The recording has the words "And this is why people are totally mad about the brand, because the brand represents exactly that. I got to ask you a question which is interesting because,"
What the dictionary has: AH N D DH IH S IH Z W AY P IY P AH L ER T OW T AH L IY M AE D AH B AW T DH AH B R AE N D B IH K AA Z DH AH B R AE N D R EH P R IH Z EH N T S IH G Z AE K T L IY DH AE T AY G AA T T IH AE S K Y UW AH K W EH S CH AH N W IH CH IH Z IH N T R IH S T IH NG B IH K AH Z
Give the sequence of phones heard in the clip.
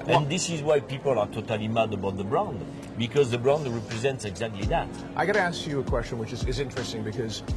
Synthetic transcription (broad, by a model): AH N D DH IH S IH Z W AY P IY P AH L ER T OW T AH L IY M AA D AH B AW T DH AH B R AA N D B IH K AA Z DH AH B R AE N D R EH P R IH Z EH N T S IH G Z AE K T L IY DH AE T AY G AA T T IH AE S K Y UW AH K W EH S CH AH N W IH CH IH Z IH N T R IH S T IH NG B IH K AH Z